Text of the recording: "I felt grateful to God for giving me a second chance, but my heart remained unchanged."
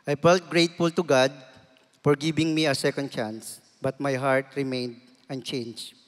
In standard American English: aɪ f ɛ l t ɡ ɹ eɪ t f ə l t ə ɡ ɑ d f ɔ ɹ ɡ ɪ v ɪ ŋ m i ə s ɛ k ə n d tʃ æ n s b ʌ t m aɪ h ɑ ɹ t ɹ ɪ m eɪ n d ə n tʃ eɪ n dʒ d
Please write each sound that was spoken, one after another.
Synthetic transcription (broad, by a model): aɪ f ɛ l t ɡ ɹ eɪ t f ə l t ə ɡ ɑ d f ɔ ɹ ɡ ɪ b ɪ ŋ m i ə s ɛ k ə n d tʃ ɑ n s b ʌ t m aɪ h ɑ ɹ t ɹ ɪ m eɪ n d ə n tʃ eɪ n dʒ